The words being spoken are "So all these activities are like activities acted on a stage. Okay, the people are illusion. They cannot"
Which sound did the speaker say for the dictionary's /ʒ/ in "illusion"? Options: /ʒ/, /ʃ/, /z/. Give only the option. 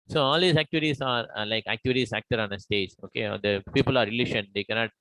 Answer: /ʃ/